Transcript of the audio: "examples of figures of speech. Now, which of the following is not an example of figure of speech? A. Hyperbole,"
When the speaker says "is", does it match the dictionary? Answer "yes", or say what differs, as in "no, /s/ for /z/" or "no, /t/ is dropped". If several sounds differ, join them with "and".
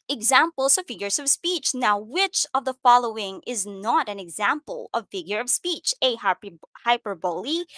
yes